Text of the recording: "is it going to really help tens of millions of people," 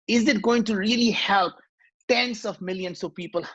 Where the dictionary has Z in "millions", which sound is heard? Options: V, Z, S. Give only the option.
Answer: S